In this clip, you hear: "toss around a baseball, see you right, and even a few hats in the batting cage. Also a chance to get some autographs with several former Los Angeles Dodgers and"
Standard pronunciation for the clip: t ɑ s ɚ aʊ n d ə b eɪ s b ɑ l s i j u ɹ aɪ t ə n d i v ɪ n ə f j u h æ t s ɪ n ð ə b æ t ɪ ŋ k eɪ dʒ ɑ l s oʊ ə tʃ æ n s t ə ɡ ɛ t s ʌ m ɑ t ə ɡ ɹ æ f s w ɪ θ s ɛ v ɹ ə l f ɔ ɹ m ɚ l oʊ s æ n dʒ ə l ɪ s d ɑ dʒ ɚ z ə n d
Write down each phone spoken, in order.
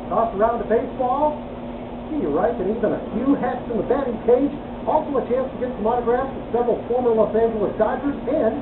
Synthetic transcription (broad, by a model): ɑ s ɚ aʊ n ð ə b eɪ s b ɑ l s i j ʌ ɹ aɪ t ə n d i v ɪ n ə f j u h æ t s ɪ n ð ə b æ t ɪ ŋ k eɪ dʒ ɑ l s oʊ ə tʃ æ n s t ə ɡ ɛ t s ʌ m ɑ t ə ɡ ɹ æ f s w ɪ s ɛ v ɹ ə l f ɔ ɹ m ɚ l oʊ s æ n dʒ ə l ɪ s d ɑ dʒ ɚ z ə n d